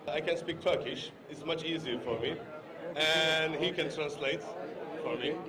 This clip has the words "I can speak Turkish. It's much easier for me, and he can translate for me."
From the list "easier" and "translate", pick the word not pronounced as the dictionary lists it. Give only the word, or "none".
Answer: none